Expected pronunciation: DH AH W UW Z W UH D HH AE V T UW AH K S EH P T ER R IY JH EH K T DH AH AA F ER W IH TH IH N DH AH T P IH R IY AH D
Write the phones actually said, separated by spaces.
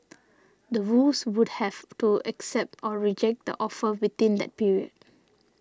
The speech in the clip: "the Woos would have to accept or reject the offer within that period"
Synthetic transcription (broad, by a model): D AH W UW S W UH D HH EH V T UW AH K S EH P T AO R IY JH EH K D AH AA F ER W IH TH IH N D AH T P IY R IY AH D